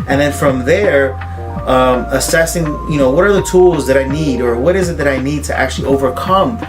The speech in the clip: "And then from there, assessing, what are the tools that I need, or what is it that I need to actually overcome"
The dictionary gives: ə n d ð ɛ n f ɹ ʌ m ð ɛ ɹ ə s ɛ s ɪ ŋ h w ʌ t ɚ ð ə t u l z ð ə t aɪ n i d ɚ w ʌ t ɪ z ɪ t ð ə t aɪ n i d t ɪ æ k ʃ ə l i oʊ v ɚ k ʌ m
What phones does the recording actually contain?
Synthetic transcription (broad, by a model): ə n ð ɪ n f ɹ ʌ m ð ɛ ɹ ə s ɛ s ɪ ŋ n w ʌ t ɚ ð ə t u l z ð ə t aɪ n i d ɚ w ʌ t ɪ z ɪ t ð ə t aɪ n i d t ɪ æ k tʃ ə l i oʊ v ɚ k ʌ m